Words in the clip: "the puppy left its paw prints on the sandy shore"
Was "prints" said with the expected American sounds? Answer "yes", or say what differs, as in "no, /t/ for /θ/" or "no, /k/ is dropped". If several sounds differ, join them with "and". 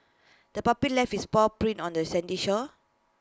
no, /s/ is dropped